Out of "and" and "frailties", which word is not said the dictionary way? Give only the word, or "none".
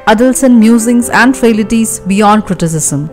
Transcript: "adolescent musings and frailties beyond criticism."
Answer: frailties